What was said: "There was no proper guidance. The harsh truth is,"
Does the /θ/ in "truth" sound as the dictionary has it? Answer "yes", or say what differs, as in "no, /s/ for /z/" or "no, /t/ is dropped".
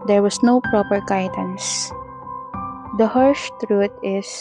no, /t/ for /θ/